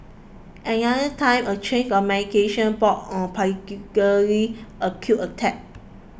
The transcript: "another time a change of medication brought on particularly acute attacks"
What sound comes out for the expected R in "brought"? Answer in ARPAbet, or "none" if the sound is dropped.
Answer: none